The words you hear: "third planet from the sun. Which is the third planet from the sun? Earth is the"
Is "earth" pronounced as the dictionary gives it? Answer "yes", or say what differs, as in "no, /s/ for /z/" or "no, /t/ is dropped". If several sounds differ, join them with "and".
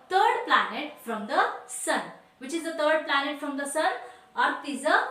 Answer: no, /t/ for /θ/